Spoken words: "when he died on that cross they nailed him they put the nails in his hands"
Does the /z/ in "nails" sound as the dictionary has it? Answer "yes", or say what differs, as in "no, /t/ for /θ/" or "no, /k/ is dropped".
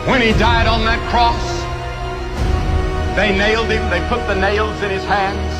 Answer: yes